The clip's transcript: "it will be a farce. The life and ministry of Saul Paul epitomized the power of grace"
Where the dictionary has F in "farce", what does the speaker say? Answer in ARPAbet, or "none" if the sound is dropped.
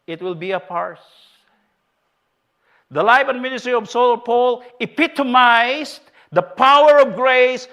P